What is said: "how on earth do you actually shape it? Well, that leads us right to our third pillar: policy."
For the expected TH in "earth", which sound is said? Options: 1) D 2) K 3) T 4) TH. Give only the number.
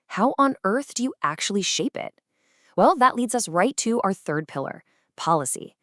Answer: 4